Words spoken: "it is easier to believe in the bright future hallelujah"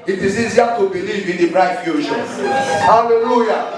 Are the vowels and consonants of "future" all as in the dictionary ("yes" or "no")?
no